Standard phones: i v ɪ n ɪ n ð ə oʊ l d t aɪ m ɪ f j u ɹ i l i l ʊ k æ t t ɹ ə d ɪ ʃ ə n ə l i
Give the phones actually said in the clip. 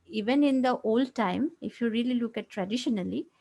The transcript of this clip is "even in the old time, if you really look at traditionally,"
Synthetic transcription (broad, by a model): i v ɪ n ɪ n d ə oʊ l d t aɪ m ɪ f j u ɹ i l i l ʊ k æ t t ɹ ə d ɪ ʃ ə n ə l i